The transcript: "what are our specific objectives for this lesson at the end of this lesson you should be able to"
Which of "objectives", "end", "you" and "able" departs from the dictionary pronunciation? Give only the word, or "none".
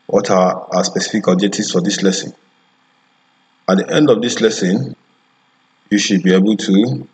objectives